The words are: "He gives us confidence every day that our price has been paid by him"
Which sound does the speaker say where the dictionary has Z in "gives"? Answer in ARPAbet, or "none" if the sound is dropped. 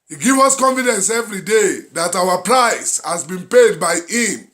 none